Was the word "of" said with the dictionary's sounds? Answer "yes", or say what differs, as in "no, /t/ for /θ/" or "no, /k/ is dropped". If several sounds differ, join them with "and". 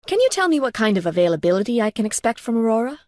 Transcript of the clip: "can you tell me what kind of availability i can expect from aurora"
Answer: yes